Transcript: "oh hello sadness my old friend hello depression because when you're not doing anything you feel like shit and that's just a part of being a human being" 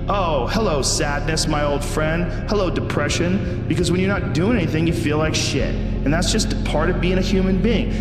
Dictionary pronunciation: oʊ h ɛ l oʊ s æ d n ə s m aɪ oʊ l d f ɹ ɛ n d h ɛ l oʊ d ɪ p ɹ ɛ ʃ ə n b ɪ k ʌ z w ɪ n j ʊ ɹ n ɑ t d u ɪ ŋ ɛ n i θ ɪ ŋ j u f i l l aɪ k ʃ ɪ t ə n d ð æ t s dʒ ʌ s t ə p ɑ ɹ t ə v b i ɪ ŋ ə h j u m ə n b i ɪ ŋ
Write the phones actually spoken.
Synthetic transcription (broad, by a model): oʊ h ɛ l oʊ s æ d n ə s m aɪ oʊ l d f ɹ ɛ n d h ɛ l oʊ d ɪ p ɹ ɛ ʃ ə n b ɪ k ʌ z w ɪ n j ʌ ɹ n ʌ t d u ɪ ŋ ɛ n i θ ɪ ŋ j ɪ f i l l aɪ k ʃ ɪ t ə n ð æ t s dʒ ʌ s t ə p ɑ ɹ t ə v b i ɪ ŋ ə h j u m ə n b i ɪ ŋ